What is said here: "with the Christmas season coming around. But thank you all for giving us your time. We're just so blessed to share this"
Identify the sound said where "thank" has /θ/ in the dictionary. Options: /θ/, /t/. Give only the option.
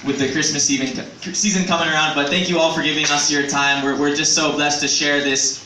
/θ/